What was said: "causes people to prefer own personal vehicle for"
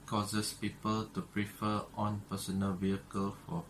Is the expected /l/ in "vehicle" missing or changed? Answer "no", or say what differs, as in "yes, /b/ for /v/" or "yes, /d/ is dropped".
no